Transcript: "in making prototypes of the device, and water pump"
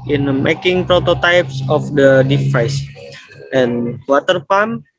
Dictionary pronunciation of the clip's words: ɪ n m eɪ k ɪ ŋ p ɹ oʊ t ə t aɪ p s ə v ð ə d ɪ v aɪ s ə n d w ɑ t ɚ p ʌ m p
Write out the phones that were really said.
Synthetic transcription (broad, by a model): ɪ n m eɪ k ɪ ŋ p ɹ oʊ t ə t aɪ p s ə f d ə d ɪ f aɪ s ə n w ɑ t ɚ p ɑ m